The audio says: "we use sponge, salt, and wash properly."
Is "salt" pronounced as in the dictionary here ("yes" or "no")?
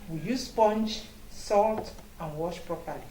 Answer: yes